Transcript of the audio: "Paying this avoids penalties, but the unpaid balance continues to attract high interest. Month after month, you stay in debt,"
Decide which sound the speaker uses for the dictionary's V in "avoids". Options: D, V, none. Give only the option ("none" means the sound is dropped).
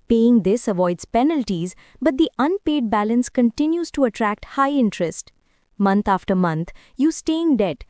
V